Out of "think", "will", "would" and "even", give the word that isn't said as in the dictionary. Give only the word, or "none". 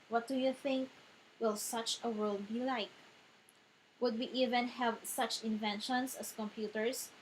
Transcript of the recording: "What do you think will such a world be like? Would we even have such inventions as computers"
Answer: none